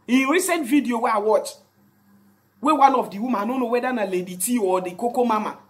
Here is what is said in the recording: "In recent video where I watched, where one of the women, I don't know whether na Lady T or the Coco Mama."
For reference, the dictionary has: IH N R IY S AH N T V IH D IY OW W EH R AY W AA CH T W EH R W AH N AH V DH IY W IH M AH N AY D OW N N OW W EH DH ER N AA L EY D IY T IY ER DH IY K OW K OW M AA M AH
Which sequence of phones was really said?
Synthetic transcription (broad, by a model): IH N R IY S AH N T V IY D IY OW W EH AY W AA CH W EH W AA N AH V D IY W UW M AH AY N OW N N OW W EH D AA N AA L EY D IY T IY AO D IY K OW K OW M AA M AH